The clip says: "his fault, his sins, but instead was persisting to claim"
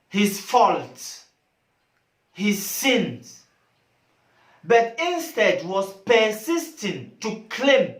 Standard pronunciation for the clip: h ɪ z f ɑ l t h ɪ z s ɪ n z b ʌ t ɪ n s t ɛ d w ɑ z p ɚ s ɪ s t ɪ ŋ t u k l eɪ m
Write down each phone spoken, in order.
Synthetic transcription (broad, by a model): h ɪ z f ɑ l t h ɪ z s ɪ n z b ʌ t ɪ n s t ɛ d w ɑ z p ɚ s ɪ s t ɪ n t u k l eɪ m